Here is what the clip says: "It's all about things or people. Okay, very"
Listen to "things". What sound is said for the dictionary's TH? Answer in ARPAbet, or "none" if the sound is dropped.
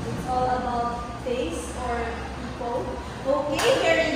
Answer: F